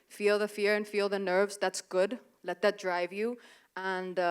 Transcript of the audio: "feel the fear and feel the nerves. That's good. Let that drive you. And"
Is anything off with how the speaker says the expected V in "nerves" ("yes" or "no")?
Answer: no